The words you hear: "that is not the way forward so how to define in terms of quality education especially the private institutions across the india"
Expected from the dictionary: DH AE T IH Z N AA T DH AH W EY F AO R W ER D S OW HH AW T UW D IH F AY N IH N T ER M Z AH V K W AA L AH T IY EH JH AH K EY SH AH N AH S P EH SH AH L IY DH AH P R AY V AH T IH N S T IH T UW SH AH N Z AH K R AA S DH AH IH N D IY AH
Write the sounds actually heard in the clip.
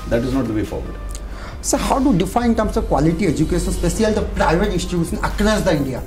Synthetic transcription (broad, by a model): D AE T IH Z N AA T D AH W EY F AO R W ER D S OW HH AW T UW D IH F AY IH N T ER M S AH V K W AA L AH T IY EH JH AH K EY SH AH N S P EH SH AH L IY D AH P R AY V AH T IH N S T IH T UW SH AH N AH K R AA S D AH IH N D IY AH